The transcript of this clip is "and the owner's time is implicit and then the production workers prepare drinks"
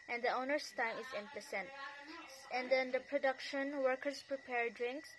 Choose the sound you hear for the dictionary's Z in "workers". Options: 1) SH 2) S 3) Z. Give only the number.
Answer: 2